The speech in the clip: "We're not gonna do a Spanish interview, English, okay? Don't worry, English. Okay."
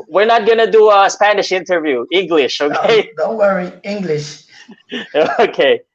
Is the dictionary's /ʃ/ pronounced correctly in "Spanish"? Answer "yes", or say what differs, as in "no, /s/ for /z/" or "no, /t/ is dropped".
yes